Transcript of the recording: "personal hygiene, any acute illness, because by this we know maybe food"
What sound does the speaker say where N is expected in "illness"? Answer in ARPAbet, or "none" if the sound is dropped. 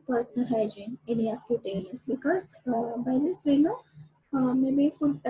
none